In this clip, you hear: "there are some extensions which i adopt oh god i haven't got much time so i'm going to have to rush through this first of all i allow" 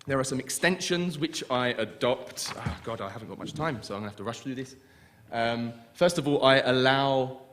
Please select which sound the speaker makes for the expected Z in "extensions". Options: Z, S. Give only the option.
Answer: Z